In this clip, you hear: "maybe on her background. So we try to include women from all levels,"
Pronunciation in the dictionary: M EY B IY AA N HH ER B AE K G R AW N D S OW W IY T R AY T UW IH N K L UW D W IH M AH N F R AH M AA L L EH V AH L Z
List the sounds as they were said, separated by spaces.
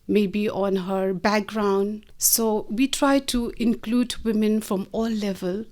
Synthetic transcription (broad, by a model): M EY B IY AA N HH ER B AE K G R AW N D S OW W IY T R AY T UW IH N K L UW D W IH M AH N F R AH M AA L L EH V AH L